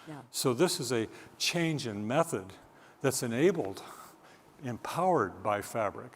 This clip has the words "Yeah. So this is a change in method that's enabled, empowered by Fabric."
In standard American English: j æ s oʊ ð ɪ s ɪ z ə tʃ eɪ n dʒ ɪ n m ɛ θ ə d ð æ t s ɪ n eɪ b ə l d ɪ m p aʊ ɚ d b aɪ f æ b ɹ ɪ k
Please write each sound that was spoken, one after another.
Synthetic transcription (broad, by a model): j s oʊ ð ɪ s ɪ z ə tʃ eɪ n dʒ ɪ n m ɛ θ ə d ð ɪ t s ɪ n eɪ b l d ɪ m p aʊ ɚ d b aɪ f æ b ɹ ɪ k